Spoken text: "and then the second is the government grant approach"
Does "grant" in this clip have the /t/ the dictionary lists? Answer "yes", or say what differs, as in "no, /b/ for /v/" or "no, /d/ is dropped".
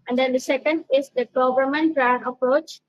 no, /t/ is dropped